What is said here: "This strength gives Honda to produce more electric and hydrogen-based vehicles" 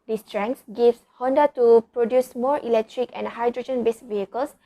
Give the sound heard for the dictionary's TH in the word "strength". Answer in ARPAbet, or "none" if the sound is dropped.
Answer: S